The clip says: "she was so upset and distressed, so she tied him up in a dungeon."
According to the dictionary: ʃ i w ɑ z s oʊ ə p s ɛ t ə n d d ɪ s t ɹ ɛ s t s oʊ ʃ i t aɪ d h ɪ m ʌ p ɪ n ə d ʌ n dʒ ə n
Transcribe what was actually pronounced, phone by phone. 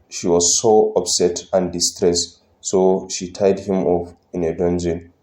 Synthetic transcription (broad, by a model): ʃ i w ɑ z s oʊ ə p s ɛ t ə n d d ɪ s t ɹ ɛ s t s oʊ ʃ i t aɪ d h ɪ m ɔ f ɪ n ə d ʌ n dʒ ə n